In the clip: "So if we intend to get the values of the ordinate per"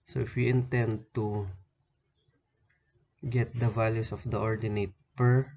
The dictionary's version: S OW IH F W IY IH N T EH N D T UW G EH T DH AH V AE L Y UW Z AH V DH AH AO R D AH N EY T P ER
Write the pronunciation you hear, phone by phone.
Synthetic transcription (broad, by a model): S OW IH F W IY IH N T EH N D T UW G EH T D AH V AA L Y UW S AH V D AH AO R D AH N EY T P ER